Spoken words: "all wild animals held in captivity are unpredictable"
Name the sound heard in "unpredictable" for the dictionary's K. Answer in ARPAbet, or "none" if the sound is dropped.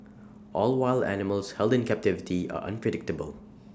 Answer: K